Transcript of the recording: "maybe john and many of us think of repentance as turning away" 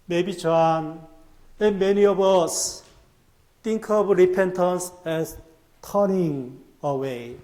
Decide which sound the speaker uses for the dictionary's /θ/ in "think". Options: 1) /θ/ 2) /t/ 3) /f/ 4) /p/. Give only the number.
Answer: 2